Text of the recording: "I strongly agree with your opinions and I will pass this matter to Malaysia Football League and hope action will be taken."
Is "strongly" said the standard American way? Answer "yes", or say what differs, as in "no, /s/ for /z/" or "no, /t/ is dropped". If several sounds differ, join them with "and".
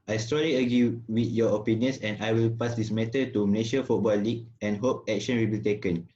no, /ŋ/ is dropped